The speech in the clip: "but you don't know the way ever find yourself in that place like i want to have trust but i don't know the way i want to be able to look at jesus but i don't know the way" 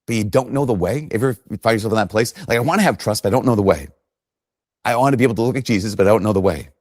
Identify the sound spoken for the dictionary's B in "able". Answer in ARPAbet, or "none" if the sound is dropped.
none